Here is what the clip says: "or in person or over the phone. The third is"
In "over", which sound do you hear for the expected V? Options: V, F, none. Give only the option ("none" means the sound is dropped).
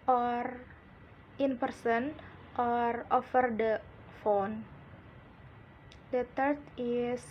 F